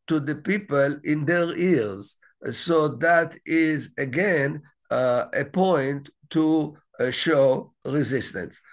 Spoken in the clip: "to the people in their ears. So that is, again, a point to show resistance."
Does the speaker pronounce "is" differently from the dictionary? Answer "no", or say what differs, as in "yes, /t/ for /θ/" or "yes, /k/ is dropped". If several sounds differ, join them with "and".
no